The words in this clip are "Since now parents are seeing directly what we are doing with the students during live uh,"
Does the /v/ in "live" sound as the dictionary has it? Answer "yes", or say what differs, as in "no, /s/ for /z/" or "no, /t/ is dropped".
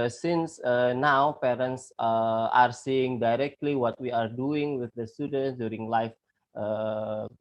no, /f/ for /v/